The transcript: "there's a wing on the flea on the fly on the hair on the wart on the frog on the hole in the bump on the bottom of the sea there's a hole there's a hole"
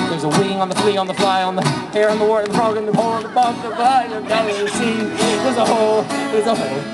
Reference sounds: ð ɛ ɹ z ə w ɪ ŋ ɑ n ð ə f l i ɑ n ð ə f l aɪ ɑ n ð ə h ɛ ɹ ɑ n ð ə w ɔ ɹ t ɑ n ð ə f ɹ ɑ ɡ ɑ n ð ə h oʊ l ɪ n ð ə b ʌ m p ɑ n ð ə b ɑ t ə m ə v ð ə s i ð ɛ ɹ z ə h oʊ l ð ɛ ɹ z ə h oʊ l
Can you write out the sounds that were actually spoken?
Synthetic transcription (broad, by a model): ð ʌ ɹ z ə w ɪ ŋ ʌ n ð ə f l i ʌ n ð ə f l aɪ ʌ n ð ə h ɛ ɹ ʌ n ð ə w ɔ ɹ ɪ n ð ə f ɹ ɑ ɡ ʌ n ð ə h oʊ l ɪ n ð ə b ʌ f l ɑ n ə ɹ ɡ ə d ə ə s i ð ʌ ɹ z ə h oʊ l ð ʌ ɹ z ə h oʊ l